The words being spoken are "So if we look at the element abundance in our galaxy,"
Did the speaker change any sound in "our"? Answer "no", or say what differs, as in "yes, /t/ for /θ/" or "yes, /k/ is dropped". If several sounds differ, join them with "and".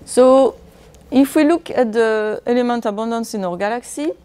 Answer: no